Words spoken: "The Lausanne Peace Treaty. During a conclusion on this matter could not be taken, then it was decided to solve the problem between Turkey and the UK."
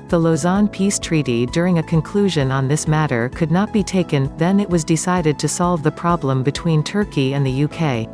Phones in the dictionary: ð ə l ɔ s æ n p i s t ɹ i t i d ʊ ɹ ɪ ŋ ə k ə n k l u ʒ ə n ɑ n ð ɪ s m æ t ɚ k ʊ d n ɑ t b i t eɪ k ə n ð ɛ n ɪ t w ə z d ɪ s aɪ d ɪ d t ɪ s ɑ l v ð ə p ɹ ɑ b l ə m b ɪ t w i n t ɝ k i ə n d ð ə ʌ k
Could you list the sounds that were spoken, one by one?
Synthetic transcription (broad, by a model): ð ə l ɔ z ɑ n p i s t ɹ i t i d ʊ ɹ ɪ ŋ ə k ə n k l u ʒ ə n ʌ n ð ɪ s m æ t ɚ k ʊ d n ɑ t b i t eɪ k ə n ð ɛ n ɪ t w ə z d ɪ s aɪ d ɪ d t ɪ s ɑ l v ð ə p ɹ ɑ b l ə m b ɪ t w i n t ɝ k i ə n ð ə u k